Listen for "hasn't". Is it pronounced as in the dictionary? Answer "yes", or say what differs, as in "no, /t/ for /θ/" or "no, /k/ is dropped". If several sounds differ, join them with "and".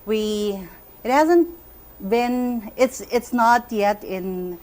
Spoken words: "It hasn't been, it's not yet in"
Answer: yes